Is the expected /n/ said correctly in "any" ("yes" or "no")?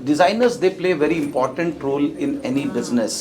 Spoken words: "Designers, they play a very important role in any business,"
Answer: yes